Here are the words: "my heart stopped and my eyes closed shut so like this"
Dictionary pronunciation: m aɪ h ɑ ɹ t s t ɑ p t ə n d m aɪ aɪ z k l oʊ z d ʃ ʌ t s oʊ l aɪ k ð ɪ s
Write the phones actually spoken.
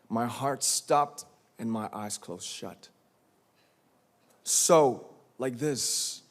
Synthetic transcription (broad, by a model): m aɪ h ɑ ɹ t s t ɑ p t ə n m aɪ aɪ z k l oʊ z ʃ ʌ t s oʊ l aɪ k ð ɪ s